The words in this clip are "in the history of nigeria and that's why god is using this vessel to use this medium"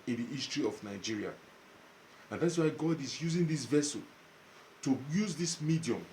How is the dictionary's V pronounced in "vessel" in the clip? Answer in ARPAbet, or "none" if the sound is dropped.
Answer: V